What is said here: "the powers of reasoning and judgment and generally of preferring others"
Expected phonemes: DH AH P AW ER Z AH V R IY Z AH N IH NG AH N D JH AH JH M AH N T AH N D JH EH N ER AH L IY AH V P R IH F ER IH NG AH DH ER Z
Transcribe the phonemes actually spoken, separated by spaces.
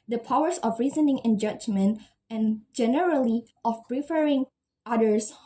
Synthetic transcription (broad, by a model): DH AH P AW ER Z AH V R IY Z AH N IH NG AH N JH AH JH M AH N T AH N JH EH N ER AH L IY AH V P R IH F ER IH NG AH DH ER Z